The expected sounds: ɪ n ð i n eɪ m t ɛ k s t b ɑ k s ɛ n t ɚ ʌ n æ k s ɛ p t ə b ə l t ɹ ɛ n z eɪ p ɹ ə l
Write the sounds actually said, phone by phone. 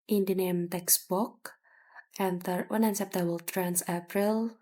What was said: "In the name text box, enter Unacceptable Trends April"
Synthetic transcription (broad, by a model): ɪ n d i n eɪ m t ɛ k s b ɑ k ɛ n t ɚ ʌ n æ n s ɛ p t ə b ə l t ɹ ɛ n s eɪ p ɹ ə l